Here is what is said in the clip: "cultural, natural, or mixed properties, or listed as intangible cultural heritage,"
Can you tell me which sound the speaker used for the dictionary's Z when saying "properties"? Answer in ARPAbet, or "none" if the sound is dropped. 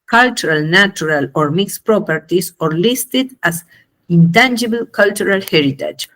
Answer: S